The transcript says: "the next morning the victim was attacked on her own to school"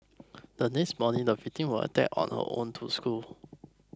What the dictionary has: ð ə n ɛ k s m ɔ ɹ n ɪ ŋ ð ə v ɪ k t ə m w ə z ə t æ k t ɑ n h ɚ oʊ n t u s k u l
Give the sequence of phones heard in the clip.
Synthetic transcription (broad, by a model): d ə n ɛ k s m ɔ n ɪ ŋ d ə f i t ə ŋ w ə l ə t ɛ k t ɑ n h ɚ oʊ n t u s k u l